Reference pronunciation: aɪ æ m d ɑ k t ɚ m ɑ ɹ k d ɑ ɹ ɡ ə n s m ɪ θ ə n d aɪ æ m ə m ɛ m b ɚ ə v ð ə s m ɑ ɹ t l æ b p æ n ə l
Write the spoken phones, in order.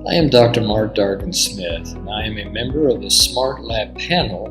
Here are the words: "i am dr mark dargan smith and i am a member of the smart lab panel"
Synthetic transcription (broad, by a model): aɪ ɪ m d ɑ k t ɚ m ɑ ɹ k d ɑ ɹ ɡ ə n s m ɪ θ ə n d aɪ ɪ m ə m ɛ m b ɚ ə v ð ə s m ɑ ɹ t l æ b p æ n l